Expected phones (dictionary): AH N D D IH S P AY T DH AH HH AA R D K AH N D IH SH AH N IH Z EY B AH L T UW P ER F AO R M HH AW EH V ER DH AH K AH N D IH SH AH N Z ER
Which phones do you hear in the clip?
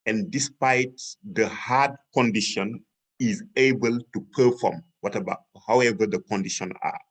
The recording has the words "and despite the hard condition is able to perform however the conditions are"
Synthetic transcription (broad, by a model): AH N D D IH S P AY T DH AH HH AA D K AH N D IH SH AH N IH Z EY B AH L T UW P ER F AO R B HH AW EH V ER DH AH K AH N D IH SH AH N ER